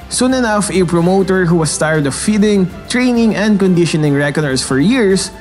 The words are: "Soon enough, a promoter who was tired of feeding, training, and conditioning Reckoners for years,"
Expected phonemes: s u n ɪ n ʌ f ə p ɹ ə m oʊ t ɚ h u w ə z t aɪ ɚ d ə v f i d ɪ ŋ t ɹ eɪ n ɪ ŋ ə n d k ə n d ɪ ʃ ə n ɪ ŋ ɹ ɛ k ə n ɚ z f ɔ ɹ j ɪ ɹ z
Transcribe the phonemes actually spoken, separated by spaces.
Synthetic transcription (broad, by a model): s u n ɪ n ʌ f ə p ɹ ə m oʊ t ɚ h u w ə s t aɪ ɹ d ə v f i d ɪ ŋ t ɹ eɪ n ɪ ŋ ə n d k ə n d ɪ ʃ ə n ɪ ŋ ɹ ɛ k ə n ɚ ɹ f ɔ ɹ j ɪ ɹ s